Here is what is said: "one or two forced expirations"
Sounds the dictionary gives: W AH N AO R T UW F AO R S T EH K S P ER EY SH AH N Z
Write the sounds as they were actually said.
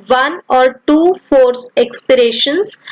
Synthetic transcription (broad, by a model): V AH N AO R T UW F AO R S EH K S P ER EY SH AH N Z